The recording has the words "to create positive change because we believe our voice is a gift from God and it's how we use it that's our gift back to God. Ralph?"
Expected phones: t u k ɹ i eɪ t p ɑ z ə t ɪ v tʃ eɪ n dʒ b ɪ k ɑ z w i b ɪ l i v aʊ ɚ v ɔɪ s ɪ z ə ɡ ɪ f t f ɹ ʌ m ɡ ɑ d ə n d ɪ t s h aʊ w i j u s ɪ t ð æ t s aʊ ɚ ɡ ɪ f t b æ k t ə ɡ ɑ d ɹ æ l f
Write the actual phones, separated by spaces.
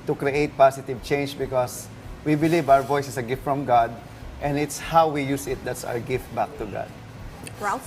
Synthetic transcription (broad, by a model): t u k ɹ i eɪ t p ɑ s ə t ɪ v tʃ eɪ n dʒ b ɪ k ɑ s w i b ɪ l i v aʊ ɚ v ɔɪ s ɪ s ə ɡ ɪ f t f ɹ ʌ m ɡ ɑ d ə n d ɪ t s h aʊ w i j u s ɪ t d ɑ t s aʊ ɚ ɡ ɪ f t b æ k t ə ɡ ɑ d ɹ